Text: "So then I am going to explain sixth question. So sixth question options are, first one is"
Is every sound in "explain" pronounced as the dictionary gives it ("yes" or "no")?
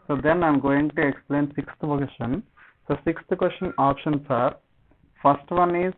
yes